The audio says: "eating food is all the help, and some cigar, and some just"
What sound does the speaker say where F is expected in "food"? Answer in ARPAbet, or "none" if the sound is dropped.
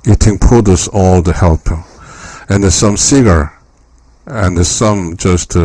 P